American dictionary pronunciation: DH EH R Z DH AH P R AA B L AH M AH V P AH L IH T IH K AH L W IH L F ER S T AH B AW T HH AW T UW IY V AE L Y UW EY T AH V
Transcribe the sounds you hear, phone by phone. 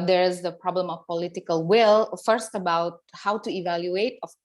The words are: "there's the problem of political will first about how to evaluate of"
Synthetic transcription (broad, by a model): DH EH R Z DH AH P R AA B L AH M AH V P AH L IH T IH K AH L W IH L F ER S T AH B AW T HH AW T UW IY V AE L Y UW EY T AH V